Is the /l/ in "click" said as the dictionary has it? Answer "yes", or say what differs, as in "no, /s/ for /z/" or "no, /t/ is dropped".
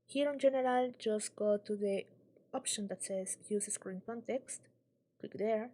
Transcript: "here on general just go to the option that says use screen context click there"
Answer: no, /w/ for /l/